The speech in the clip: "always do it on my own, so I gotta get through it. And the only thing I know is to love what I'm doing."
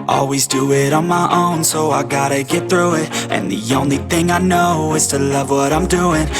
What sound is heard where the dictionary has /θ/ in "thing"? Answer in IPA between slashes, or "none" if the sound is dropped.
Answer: /θ/